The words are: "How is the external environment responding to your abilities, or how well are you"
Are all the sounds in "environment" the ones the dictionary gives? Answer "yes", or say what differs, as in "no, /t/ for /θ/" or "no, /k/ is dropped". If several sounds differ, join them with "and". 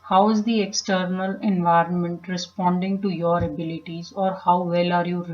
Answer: yes